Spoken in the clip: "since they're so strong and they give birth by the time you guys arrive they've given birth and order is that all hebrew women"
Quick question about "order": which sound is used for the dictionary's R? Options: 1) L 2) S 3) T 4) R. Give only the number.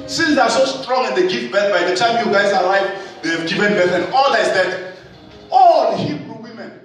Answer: 1